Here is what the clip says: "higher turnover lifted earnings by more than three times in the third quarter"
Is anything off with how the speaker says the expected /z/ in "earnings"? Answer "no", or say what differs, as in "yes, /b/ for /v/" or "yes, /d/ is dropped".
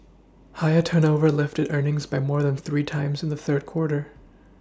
no